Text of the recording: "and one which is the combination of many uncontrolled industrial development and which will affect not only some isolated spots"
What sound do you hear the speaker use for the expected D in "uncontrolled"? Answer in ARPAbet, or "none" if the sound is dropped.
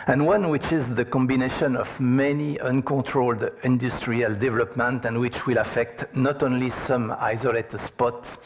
D